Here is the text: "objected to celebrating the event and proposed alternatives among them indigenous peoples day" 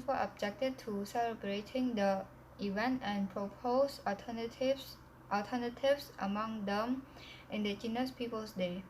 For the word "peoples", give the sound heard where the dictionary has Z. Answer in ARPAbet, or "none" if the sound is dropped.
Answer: S